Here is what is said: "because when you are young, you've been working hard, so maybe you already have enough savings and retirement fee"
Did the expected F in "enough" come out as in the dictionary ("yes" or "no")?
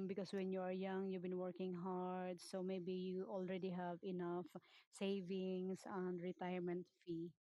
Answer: yes